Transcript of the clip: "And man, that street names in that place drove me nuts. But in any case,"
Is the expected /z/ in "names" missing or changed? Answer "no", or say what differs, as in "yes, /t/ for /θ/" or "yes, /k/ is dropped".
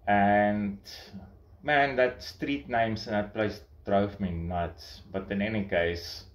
yes, /s/ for /z/